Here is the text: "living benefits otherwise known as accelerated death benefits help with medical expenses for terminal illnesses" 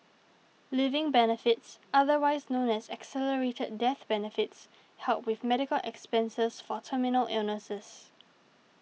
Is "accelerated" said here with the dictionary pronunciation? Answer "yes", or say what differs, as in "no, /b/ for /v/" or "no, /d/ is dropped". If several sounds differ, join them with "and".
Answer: yes